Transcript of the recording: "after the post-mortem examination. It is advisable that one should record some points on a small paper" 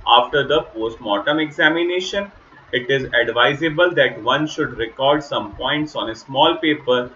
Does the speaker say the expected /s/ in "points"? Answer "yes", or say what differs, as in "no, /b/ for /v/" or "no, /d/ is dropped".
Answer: yes